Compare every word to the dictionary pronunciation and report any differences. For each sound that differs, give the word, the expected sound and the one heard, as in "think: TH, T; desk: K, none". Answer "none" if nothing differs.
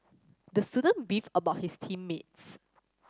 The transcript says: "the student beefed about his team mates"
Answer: beefed: T, none; his: Z, S